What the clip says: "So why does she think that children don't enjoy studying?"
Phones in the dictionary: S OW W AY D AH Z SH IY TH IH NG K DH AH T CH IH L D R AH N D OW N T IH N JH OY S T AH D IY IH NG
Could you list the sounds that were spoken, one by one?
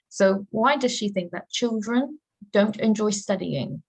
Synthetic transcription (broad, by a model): S OW W AY D AH Z SH IY TH IH NG K DH AH T CH IH L D R AH N D OW N T IH N JH OY S T AH D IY IH NG